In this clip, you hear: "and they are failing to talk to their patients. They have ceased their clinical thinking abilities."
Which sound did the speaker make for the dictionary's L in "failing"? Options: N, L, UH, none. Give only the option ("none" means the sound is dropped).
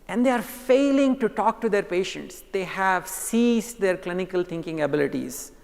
L